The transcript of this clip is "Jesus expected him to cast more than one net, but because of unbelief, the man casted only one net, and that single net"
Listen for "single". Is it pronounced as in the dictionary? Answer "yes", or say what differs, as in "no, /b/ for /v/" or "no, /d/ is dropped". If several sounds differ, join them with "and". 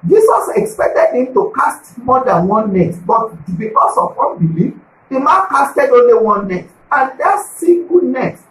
no, /ŋ/ is dropped